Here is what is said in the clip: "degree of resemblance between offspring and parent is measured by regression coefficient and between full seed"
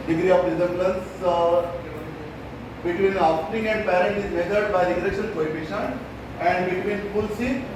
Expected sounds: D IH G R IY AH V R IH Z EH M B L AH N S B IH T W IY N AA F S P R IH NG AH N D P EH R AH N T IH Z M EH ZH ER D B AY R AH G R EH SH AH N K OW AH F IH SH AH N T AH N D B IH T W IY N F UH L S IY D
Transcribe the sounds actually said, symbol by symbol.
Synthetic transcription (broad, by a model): D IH G R IY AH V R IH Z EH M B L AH N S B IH T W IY N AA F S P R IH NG AH N D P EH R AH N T IH Z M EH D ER D B AY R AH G R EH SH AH L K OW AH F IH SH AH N AH N D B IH T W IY N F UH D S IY